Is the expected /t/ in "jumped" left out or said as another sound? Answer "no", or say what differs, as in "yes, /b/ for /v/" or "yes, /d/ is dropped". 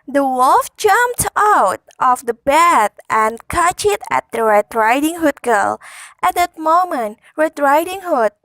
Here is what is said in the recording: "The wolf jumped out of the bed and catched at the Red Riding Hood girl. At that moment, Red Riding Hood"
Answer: no